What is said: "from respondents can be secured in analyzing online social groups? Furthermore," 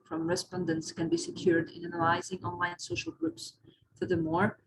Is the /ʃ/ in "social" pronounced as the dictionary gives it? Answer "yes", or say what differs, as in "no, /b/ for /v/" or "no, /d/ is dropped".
yes